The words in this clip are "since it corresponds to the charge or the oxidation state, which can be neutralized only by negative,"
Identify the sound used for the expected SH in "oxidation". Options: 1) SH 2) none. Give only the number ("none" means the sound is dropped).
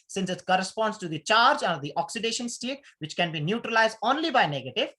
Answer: 1